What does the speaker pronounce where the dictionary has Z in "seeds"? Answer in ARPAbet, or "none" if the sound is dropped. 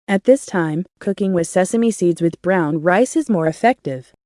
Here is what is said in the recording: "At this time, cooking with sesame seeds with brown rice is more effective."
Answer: Z